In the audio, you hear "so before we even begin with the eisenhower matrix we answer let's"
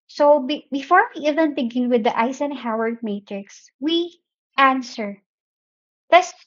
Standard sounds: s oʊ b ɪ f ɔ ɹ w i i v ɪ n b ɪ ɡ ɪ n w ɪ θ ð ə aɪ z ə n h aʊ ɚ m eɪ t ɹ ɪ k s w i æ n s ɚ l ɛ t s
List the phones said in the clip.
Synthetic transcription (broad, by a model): s oʊ b ɪ f ɔ ɹ w i i v ɪ n b ɪ ɡ ɪ n w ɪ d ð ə aɪ s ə n h aʊ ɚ m eɪ t ɹ ɪ k s w i æ n s ɚ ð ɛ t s